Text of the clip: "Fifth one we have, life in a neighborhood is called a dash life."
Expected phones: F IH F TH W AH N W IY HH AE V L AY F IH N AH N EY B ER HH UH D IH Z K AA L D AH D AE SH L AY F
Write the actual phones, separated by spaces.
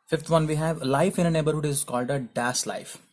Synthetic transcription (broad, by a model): F IH F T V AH N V IY HH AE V L AY F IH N AH N EY B ER HH UH D IH Z K AA L D AH D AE S L AY F